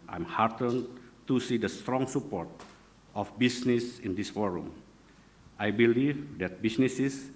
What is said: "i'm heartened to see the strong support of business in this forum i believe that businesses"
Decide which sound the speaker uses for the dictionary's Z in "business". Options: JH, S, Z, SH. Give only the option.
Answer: S